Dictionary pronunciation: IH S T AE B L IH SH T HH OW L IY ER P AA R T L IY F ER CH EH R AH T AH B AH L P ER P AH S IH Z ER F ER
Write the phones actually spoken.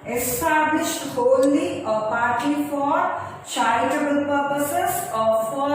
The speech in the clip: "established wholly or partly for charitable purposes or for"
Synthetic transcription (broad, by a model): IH S T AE B L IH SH T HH OW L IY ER P AA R T IY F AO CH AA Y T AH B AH L P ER P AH S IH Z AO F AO